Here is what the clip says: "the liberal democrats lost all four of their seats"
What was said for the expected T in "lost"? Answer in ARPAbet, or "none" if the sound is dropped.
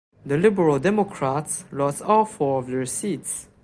none